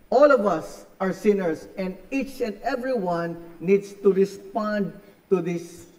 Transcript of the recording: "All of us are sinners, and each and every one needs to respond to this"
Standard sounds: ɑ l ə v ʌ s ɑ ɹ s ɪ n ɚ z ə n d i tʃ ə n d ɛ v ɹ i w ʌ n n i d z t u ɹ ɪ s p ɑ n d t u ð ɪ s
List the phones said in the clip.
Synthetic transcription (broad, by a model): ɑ l ə v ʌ s ɑ ɹ s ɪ n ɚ s ə n d i tʃ ə n d ɛ v ɹ i w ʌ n n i d s t u ɹ ɪ s p ɑ n d t u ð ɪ s